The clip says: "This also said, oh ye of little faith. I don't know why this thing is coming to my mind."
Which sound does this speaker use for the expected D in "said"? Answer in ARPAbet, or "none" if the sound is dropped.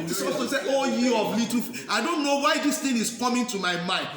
none